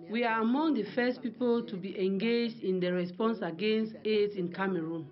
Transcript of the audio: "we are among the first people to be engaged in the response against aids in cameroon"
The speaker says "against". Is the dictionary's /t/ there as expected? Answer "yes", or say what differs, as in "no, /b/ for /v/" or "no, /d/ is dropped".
yes